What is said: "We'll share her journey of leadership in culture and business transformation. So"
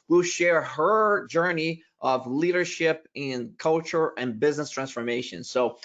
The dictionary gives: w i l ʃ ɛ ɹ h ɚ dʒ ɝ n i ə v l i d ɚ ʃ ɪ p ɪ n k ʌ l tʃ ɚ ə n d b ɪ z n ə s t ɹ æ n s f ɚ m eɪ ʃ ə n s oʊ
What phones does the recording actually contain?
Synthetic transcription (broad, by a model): w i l ʃ ɛ ɹ h ɚ dʒ ɝ n i ə v l i d ɚ ʃ ɪ p ɪ n k ʌ l tʃ ɚ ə n b ɪ z n ə s t ɹ æ n s f ɚ m eɪ ʃ ə n s oʊ